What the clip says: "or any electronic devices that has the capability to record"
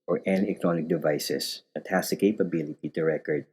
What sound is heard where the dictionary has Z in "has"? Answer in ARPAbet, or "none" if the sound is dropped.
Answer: S